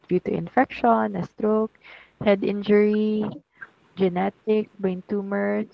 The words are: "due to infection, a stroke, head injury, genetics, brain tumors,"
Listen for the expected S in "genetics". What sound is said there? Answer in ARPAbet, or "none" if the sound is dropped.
none